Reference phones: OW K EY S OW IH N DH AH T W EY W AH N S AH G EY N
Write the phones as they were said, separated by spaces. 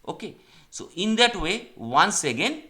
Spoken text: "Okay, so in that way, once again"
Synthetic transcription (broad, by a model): OW K EY S OW IH N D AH T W EY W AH N S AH G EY N